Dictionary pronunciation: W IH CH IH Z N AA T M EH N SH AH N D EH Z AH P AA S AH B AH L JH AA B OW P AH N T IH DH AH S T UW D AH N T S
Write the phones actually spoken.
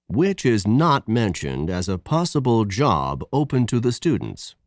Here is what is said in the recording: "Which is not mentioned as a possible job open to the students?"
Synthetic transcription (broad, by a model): W IH CH IH Z N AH T M EH N SH AH N D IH Z AH P AA S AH B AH L JH AA B OW P AH N T IH DH AH S T UW D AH N T S